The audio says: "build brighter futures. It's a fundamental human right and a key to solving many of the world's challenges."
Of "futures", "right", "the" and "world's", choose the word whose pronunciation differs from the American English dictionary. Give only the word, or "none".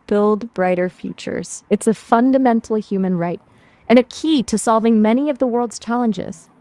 none